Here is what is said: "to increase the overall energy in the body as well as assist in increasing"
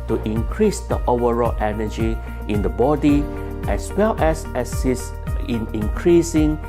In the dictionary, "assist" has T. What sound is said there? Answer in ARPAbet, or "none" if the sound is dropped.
none